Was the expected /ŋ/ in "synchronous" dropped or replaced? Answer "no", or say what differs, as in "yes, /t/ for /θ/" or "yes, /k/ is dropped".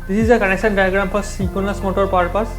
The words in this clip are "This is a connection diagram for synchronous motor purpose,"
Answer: yes, /ŋ/ is dropped